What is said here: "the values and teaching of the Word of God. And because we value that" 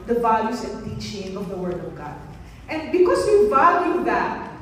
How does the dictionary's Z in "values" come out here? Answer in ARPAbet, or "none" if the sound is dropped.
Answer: S